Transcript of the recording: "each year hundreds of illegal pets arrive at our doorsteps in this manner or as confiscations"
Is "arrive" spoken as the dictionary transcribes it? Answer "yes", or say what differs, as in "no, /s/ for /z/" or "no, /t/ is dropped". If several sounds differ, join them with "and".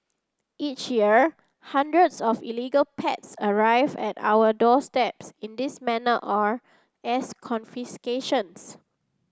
yes